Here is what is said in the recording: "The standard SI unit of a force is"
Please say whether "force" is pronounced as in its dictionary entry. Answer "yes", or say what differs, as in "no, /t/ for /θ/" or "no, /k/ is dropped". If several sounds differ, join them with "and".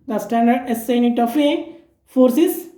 yes